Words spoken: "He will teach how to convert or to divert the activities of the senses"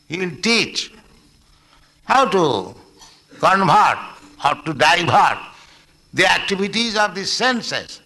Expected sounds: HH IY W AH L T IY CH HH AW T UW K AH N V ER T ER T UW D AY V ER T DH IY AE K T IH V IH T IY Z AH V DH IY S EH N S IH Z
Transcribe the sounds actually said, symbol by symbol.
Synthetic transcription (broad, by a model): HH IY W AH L T IY CH HH AW T UW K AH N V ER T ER T UW D AY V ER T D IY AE K T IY B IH T IY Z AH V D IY S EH N S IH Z